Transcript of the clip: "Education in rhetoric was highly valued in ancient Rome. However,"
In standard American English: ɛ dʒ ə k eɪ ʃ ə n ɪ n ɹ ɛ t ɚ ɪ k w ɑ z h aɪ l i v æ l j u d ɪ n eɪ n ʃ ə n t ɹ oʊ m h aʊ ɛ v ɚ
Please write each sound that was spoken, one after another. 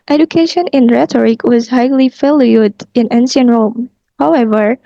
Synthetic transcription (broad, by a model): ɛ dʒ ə k eɪ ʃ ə n ɪ n ɹ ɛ t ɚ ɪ k w ɑ z h aɪ l i f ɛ l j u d ɪ n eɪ n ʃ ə n ɹ oʊ m h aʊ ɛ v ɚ